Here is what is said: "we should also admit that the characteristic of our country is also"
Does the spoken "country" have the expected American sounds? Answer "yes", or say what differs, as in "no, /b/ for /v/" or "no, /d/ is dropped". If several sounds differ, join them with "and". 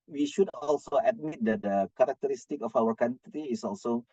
no, /ɹ/ is dropped